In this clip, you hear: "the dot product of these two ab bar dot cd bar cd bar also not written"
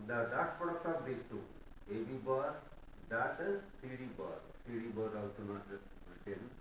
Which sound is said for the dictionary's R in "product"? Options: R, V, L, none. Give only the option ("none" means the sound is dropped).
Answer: none